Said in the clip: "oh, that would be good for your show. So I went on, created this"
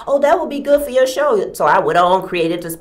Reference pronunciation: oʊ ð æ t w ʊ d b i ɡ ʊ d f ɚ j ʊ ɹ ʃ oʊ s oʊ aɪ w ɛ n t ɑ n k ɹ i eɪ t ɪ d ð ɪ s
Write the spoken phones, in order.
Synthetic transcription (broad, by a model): oʊ ð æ t w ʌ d b i ɡ ʊ d f ɚ j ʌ ɹ ʃ oʊ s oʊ aɪ w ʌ t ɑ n k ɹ i eɪ t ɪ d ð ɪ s